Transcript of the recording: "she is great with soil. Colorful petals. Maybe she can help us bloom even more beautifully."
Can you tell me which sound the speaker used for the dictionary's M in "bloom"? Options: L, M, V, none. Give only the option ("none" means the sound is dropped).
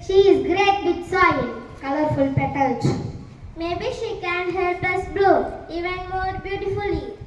none